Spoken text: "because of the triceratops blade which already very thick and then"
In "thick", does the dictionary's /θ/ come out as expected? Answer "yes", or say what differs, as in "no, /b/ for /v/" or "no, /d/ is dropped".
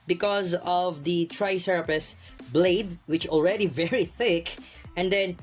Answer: yes